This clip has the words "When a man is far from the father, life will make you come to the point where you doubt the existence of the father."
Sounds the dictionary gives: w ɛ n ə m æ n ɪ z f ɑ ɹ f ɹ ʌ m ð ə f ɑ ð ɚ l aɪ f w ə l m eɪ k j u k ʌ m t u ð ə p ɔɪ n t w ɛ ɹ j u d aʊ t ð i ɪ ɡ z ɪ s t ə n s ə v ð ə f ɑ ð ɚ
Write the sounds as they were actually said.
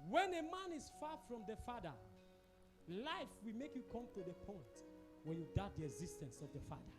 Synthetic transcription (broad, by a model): w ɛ n ə m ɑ n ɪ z f ɑ f ɹ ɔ m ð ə f ɑ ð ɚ l aɪ f w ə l m eɪ k j u k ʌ m t u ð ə p ɔɪ n t w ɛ j u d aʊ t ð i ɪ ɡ z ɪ s t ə n s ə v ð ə f ɑ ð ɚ